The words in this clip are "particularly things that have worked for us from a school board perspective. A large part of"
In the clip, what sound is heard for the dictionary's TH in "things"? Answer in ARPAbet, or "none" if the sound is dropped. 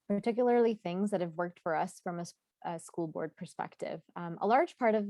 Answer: TH